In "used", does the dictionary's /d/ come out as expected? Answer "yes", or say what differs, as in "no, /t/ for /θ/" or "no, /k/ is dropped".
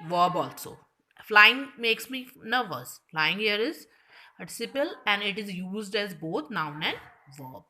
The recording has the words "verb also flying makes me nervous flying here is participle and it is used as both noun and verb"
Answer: yes